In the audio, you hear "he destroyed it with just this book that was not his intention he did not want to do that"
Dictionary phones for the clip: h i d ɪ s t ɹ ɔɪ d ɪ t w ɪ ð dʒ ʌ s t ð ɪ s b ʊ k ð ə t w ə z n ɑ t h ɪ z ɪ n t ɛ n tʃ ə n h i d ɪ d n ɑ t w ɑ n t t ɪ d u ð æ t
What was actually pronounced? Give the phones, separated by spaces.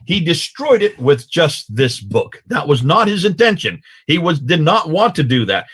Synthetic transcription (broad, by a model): h i d ɪ s t ɹ ɔɪ d ɪ t w ɪ ð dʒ ʌ s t ð ɪ s b ʊ k ð ə t w ə z n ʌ t h ɪ z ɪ n t ɛ n ʃ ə n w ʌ d ɪ d n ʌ t w ɑ n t t ɪ d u ð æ t